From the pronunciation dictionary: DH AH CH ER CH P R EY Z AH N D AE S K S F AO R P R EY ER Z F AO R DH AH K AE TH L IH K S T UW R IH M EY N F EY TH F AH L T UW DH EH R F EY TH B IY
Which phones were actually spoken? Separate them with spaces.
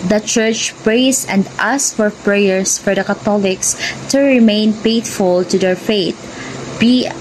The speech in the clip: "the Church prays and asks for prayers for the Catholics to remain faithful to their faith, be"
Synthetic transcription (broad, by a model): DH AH CH ER CH P R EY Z AH N D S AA S F AO R P R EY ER S F AO R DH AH K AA T L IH K S T UW R IH M EY N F EY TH F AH L T UW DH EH R F EY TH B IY